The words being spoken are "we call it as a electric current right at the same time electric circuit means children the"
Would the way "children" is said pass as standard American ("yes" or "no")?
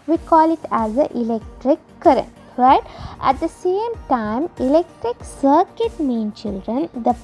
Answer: yes